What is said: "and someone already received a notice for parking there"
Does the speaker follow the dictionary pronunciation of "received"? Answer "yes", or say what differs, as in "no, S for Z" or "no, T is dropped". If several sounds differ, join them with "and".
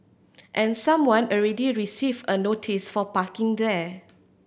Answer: no, D is dropped